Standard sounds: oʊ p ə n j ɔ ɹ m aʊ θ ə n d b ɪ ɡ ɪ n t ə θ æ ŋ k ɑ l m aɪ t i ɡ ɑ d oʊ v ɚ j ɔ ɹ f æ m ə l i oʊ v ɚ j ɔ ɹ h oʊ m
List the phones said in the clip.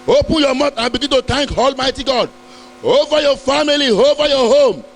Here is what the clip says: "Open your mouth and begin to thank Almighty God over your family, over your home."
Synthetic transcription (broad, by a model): oʊ p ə n j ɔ m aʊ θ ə n b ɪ ɡ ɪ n t ə t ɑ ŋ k ɑ l m aɪ t i ɡ ɑ d oʊ v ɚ j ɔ f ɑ m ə l i oʊ v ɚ j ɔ h oʊ m